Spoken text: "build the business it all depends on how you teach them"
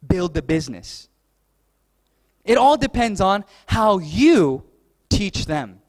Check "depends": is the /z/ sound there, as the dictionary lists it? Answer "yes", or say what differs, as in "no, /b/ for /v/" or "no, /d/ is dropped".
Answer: yes